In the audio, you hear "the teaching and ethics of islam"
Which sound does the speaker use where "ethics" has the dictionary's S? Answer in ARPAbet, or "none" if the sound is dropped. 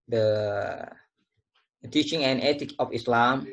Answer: none